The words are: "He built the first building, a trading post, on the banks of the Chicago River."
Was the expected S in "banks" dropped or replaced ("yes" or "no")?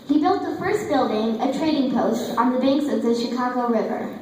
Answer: no